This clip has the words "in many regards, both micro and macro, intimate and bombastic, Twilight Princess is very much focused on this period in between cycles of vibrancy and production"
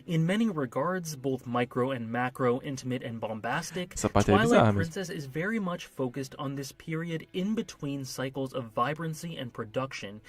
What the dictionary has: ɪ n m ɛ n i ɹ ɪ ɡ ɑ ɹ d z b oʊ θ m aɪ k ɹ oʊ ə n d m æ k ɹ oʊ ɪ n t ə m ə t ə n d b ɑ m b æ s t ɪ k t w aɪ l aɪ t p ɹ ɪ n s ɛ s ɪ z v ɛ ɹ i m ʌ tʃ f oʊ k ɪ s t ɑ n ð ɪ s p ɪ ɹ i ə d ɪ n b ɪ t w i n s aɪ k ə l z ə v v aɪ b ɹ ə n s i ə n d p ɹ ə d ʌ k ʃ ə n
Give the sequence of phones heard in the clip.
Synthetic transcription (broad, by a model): ɪ n m ɛ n i ɹ ɪ ɡ ɑ ɹ d z b oʊ θ m aɪ k ɹ oʊ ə n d m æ k ɹ oʊ ɪ n t ə m ə t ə n b ɑ m b æ s t ɪ k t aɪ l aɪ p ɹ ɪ n s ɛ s ɪ z v ɛ ɹ i m ʌ tʃ f oʊ k ɪ s t n ð ɪ s p ɪ ɹ i ə d ɪ n b ɪ t w i n s aɪ k l z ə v v aɪ b ɹ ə n s i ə n p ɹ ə d ʌ k ʃ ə n